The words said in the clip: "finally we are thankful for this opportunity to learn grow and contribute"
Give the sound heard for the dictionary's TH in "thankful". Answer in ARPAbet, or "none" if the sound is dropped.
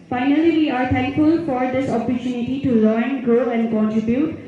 T